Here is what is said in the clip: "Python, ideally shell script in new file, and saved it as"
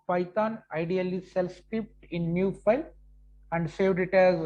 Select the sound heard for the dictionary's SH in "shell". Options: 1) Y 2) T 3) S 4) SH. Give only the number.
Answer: 3